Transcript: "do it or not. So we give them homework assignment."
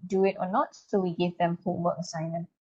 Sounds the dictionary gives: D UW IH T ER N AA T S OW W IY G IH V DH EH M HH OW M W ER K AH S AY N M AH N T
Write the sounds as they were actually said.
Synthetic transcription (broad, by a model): D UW IH T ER N AA T S OW W IY G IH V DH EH M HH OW W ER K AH S AY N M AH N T